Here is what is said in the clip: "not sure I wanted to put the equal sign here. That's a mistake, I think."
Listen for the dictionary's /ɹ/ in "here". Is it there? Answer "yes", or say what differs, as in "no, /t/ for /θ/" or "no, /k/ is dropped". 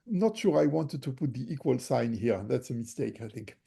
yes